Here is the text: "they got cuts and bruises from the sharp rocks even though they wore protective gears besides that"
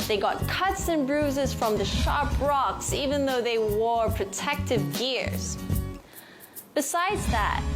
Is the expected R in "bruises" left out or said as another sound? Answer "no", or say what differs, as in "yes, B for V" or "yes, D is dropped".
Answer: no